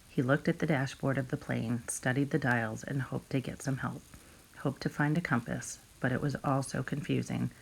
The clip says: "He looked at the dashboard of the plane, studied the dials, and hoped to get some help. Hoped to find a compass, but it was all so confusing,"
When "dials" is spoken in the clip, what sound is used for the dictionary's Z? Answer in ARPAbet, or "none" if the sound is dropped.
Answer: Z